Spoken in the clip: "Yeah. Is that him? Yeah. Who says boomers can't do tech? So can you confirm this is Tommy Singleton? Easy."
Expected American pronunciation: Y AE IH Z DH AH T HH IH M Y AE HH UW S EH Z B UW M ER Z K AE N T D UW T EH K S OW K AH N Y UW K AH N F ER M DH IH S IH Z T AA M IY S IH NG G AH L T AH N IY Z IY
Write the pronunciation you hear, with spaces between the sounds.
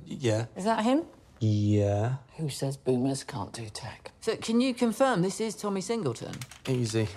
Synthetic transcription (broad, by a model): Y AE IH Z DH AH T HH IH M Y AE HH UW S EH Z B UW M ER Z K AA N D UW T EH K S OW K AH N Y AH K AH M F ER M DH IH S IH Z T AA M IY S IH NG G AH L T AH N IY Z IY